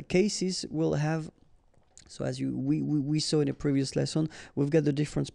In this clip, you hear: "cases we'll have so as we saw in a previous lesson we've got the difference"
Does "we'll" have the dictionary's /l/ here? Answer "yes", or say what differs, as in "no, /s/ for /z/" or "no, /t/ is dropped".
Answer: yes